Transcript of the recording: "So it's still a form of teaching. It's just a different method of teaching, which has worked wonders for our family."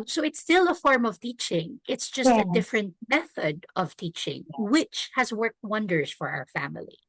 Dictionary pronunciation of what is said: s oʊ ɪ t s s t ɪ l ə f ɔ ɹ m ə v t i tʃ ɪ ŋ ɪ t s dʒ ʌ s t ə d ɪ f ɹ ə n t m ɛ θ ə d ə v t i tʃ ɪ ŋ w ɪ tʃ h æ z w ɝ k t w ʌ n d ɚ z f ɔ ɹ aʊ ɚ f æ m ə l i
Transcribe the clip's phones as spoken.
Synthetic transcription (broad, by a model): s oʊ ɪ t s s t ɪ l ə f ɔ ɹ m ə v t i tʃ ɪ ŋ ɪ t s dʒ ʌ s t ə d ɪ f ɹ ə n t m ɛ θ ə d ə v t i tʃ ɪ ŋ w ɪ tʃ h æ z w ɝ k t w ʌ n d ɚ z f ɔ ɹ aʊ ɚ f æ m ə l i